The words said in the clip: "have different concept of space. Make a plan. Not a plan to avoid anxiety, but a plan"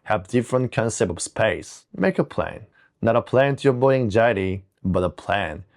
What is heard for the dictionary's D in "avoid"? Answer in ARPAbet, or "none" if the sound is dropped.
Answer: none